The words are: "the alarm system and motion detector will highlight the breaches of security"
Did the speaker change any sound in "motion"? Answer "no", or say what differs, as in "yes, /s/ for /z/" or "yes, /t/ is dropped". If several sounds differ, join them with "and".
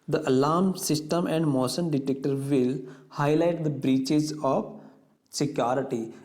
yes, /s/ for /ʃ/